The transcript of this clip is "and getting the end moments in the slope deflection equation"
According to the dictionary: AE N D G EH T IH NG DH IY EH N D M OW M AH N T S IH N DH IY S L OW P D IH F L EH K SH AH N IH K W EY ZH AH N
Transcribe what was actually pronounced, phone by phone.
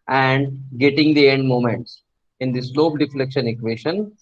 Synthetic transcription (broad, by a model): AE N D G EH T IH NG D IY EH N D M OW M AH N T S IH N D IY S L OW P D IH F L EH K SH AH N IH K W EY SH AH N